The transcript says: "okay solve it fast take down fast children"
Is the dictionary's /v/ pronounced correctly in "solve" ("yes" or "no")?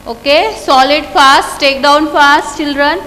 no